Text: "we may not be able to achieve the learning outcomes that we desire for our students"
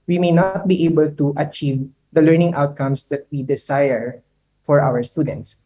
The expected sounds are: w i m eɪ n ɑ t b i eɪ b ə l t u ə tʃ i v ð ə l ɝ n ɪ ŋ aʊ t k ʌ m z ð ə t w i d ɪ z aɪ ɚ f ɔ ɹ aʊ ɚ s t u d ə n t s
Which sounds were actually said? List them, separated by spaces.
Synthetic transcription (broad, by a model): w i m eɪ n ɑ t b i eɪ b ə l t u ə tʃ i v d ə l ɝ n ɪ ŋ aʊ t k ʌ m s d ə t w i d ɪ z aɪ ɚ f ɔ ɹ aʊ ɚ s t u d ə n t s